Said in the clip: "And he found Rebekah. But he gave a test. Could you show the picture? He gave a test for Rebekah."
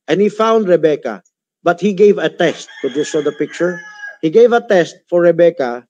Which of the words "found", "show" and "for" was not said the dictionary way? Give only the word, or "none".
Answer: show